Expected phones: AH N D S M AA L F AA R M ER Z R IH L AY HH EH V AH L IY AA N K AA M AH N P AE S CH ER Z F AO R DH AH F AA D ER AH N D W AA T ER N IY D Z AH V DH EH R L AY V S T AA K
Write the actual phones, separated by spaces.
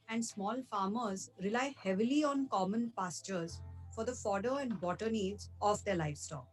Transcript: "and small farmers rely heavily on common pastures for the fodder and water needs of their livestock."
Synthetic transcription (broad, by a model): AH N D S M AA L F AA R M ER Z R IH L AY HH EH V AH L IY AA N K AA M AH N P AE S CH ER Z F AO R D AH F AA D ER AH N D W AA T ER N IY D Z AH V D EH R L AY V S T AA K